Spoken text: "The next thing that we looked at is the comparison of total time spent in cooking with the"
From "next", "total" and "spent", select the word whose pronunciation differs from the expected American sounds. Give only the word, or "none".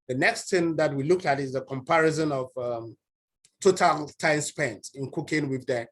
none